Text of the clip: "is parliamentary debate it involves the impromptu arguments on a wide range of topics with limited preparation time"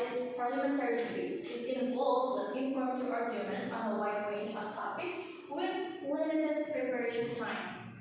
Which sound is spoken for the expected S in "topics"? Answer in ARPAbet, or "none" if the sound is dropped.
none